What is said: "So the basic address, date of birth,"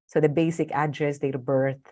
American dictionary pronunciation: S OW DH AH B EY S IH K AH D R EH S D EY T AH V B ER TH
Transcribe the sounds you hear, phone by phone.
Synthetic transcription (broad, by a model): S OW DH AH B EY S IH K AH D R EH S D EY AH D B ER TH